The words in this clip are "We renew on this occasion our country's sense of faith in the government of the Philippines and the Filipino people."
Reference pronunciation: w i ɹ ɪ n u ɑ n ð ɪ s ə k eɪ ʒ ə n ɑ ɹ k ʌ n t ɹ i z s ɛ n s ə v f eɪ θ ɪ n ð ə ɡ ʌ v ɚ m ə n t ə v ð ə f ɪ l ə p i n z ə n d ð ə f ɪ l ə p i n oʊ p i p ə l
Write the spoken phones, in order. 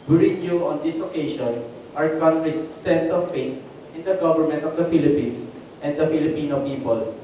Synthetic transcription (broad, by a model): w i ɹ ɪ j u ɑ n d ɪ s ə k eɪ ʃ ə n ɑ ɹ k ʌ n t ɹ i s ɛ n s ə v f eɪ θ ɪ n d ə ɡ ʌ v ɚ m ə n t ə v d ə f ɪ l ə p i n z ə n d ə f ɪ l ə p i n oʊ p i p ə l